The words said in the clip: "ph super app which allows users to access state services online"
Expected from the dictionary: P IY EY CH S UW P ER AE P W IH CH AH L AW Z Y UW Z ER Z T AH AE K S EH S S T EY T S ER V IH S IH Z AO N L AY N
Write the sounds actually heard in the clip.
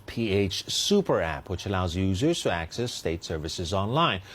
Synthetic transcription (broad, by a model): P IY EY CH S UW P ER AE P W IH CH AH L AW Z Y UW Z ER Z T AH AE K S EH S S T EY T S ER V IH S IH Z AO N L AY N